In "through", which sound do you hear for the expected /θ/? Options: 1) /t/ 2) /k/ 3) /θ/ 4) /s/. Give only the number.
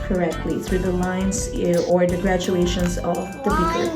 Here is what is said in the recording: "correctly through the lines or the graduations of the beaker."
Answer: 3